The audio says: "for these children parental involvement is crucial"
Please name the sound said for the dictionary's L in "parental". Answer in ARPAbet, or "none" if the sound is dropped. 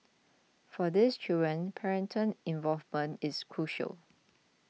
N